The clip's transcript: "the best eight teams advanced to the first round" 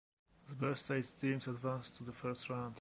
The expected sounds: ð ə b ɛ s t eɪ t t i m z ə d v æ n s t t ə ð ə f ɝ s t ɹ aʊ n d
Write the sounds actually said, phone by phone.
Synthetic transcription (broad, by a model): ð ə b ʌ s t eɪ t s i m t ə d v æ n s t t ə ð ə f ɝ s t ɹ aʊ n d